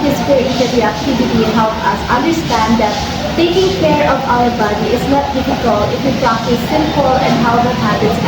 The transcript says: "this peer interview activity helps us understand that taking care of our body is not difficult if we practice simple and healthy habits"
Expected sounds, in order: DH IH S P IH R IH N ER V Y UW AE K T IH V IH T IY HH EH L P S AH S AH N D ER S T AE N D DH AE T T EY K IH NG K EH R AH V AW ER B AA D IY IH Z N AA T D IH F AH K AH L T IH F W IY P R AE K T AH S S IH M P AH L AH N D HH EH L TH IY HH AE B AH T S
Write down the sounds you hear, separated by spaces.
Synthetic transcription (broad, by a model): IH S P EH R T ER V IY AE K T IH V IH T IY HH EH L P AH S AH N D ER S T AE N D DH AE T T EY K IH NG K EH R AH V AW ER B AA D IY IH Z N AA T D IH F AH K AH L T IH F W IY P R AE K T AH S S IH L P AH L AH N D HH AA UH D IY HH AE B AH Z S